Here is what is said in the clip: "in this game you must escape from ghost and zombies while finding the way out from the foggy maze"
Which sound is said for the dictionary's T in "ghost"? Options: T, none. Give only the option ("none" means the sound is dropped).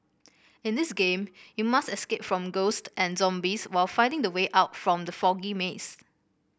T